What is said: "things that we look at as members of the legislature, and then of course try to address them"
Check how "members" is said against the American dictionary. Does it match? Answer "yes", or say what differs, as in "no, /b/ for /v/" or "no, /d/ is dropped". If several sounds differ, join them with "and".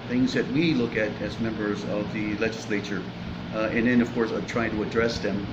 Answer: yes